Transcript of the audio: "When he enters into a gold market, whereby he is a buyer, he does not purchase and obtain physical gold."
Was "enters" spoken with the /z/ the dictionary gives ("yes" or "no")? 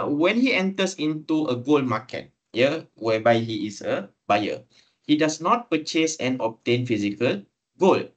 no